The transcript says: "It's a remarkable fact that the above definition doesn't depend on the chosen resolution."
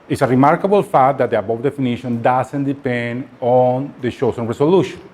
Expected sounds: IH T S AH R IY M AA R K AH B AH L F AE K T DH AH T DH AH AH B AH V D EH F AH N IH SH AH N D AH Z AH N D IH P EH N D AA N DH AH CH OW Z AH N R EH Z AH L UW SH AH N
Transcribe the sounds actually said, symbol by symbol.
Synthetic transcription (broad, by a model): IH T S AH R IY M AA R K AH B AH L F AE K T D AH T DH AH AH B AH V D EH F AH N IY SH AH N D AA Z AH N D IH P EH N D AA N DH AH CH OW S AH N R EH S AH L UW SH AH N